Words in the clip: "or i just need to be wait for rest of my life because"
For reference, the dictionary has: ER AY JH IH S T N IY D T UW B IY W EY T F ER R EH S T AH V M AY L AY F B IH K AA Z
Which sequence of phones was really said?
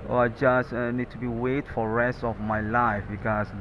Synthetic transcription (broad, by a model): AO AY JH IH S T N IY D T UW B IY W EY T F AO R EH S T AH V M AY L AY F B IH K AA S